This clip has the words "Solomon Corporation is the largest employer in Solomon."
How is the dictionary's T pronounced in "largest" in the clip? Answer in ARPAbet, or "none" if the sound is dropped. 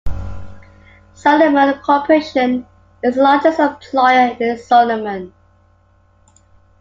none